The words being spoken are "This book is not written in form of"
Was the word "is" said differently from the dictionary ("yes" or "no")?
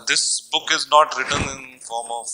no